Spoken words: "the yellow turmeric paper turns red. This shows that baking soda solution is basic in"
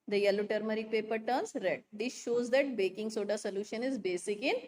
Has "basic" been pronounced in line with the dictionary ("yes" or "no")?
yes